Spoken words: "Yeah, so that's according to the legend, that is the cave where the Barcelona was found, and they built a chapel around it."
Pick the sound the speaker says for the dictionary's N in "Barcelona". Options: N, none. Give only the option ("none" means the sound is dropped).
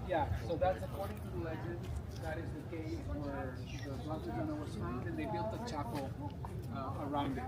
none